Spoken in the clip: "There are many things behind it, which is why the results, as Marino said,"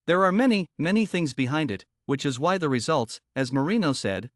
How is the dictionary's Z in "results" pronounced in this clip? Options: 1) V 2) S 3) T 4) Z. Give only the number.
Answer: 4